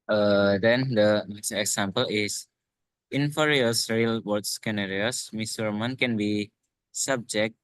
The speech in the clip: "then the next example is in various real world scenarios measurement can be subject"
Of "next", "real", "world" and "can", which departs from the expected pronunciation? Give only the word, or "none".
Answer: world